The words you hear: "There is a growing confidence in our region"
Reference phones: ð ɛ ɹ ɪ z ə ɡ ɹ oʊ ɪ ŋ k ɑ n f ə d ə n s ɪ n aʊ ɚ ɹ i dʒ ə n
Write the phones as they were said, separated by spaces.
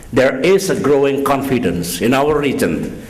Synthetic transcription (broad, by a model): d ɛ ɹ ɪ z ə ɡ ɹ oʊ ɪ ŋ k ɑ n f ə d ə n s ɪ n aʊ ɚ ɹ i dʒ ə n